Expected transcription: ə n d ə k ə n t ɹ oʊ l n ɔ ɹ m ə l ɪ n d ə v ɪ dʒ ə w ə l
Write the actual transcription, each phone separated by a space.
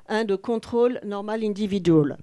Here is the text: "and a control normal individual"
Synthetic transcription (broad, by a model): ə d ə k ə t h oʊ l n ɔ ɹ m ə l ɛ d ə v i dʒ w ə l